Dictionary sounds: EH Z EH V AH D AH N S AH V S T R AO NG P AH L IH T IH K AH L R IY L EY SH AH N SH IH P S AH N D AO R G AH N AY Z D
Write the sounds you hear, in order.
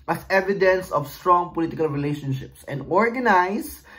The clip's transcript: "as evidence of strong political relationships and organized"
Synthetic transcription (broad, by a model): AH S EH V AH D AH N S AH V S T R AO NG P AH L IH T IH K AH L R IY L EY SH AH N SH IH P S AH N D AO R G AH N AY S